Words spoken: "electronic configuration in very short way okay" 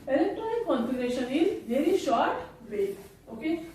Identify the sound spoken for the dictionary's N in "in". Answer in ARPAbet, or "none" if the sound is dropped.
L